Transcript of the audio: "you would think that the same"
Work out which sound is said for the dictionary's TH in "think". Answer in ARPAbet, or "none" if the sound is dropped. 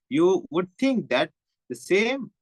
T